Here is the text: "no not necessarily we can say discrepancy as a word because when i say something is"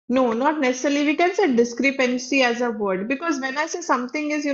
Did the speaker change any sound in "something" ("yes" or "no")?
yes